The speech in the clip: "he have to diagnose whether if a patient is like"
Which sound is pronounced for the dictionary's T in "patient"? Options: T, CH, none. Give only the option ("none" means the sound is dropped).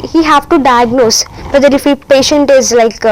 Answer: T